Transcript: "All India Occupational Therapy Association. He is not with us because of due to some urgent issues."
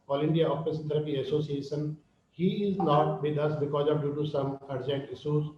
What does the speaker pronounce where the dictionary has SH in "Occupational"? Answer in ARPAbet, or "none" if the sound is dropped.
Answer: S